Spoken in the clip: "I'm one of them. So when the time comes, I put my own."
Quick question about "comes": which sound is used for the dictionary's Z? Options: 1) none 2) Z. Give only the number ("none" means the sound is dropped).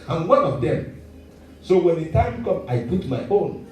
1